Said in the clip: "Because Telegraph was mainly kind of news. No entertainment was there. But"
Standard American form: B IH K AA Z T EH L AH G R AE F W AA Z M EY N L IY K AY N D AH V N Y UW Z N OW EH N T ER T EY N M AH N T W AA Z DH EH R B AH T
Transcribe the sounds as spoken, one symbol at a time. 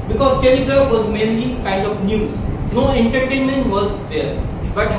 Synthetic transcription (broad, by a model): B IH K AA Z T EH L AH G AH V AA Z M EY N L IY K AY N D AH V N Y UW Z N OW EH N T ER T EY N M AH N T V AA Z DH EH R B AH T